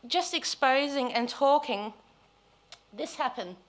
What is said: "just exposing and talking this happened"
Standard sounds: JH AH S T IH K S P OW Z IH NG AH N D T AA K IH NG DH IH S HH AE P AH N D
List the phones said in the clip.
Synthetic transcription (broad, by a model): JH AH S T IH K S P OW Z IH NG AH N T AA K IH NG DH IH S HH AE P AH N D